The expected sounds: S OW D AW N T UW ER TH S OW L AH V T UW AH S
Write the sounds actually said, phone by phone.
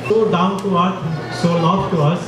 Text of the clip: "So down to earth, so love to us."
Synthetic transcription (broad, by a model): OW D AW N T UW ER S S OW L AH F T UW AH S